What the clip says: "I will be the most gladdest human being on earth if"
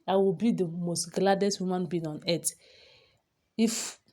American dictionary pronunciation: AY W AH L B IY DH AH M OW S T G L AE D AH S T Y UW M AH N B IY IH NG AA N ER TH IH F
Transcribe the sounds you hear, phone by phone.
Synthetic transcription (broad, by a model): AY W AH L B IY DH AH M OW S T G L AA D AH S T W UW M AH N B IY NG AA N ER T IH F